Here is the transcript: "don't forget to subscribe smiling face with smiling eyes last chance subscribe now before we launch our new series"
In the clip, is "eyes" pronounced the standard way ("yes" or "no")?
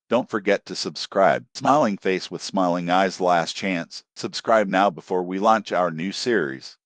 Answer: yes